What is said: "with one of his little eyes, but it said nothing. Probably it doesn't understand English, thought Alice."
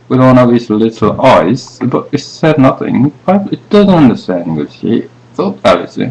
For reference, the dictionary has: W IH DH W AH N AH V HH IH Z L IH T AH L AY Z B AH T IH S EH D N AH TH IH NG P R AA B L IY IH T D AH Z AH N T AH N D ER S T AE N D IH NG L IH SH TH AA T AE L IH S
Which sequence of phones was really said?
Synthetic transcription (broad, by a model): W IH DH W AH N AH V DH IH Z L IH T L AY Z B AH T IH S EH D N AH TH IH NG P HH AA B IH T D AH Z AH N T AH N D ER S T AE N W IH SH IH TH AA T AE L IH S